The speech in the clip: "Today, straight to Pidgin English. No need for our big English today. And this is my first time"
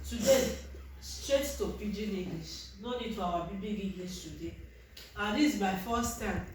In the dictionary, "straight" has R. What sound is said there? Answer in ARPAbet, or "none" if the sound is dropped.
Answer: R